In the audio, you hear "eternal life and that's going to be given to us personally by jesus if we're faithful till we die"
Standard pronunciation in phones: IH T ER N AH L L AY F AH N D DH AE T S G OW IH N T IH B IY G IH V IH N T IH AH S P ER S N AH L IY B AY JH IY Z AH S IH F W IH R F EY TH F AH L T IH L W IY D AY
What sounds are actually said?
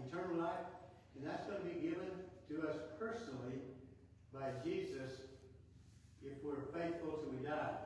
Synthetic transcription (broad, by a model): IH T ER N L L AY F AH N DH AE T S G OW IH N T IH B IY G IH V IH N T IH AH S P ER S N L IY B AY JH IY Z AH S IH F W IH R F EY TH F L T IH W IY D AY